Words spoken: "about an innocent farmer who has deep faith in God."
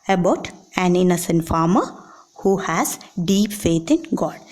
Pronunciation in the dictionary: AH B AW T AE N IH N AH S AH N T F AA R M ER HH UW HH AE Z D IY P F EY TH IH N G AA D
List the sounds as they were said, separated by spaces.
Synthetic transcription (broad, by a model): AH B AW T AE N IH N AH S AH N T F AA R M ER HH UW HH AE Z D IY P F EY T IH N G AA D